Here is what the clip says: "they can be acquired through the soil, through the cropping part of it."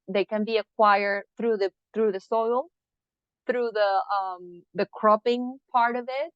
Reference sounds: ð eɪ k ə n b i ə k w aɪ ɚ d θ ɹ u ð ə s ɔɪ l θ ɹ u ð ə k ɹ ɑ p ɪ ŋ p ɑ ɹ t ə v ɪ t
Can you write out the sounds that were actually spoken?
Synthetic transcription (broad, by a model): ð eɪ k ə n b i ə k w aɪ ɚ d θ ɹ u ð ə s ɔɪ l θ ɹ u ð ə k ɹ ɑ p ɪ ŋ p ɑ ɹ t ə v ɪ t